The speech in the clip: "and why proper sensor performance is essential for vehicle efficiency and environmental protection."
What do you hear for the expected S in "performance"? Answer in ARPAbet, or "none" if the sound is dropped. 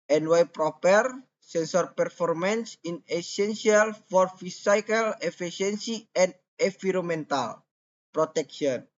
S